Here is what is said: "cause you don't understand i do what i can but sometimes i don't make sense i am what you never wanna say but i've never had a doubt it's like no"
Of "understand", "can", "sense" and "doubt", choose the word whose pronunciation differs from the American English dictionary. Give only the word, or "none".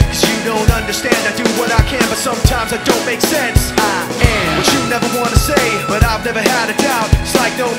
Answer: doubt